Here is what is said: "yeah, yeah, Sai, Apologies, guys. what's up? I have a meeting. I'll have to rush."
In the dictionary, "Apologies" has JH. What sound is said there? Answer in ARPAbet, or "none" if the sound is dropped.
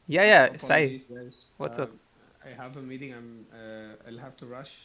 none